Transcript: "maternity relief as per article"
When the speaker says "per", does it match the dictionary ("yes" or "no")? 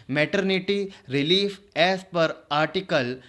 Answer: yes